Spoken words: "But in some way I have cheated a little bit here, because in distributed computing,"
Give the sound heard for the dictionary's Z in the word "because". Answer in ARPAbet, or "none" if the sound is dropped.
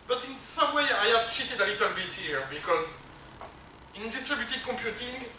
Z